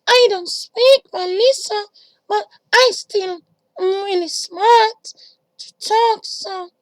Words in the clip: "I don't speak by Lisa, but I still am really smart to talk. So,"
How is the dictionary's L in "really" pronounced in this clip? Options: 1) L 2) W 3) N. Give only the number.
3